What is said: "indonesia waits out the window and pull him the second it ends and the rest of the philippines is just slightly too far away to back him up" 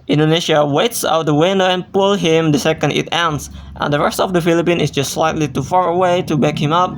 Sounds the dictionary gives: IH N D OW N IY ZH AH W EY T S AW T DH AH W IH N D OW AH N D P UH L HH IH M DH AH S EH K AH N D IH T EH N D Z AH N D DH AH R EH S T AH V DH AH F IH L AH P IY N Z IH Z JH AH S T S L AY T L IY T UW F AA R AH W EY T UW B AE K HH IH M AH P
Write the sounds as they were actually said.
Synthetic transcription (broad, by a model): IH N D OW N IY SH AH W EY T S AW T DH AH W IH N D OW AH N P UH L HH IH M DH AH S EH K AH N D IH T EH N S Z AH N D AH R EH S T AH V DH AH F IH L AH P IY N IH S JH AH S T S L AY T L IY T UW F AA R AH W EY T UW B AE K HH IH M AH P